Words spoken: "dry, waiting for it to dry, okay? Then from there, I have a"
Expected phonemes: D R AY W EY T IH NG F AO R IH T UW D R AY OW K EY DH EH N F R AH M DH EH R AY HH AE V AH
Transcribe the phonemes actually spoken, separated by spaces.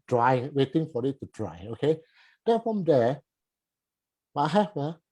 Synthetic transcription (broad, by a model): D R AY W EY T IH NG F AO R IH T UW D R AY OW K EY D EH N F R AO M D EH W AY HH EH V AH